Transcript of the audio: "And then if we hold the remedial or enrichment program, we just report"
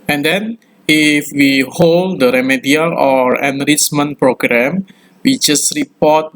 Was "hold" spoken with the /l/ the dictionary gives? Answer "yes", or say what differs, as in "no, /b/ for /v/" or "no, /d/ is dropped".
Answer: yes